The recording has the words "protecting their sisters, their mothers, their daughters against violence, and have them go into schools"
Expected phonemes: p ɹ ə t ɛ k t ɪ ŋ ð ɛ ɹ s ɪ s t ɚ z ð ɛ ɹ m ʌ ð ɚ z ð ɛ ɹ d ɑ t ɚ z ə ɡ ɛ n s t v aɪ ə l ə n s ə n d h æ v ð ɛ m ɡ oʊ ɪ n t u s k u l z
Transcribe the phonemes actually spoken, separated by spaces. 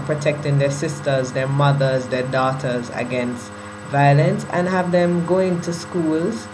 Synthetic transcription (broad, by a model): p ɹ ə t ɛ k t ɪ ŋ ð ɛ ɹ s ɪ s t ɚ z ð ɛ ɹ m ʌ ð ɚ z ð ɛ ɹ d ɑ t ɚ z ə ɡ ɛ n s t v aɪ ə l ə n s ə n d h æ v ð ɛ m ɡ oʊ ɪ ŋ t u s k u l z